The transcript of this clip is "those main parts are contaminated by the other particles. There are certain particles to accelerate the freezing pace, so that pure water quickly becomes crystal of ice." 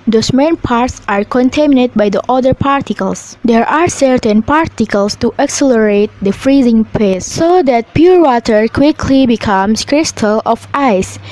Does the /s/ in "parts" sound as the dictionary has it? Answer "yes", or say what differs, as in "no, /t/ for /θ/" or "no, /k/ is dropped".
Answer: yes